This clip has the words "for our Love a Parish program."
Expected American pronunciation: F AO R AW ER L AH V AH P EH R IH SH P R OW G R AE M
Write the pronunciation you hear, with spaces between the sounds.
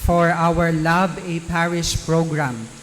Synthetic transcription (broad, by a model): F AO R AW ER L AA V AH P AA R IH S P R OW G R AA M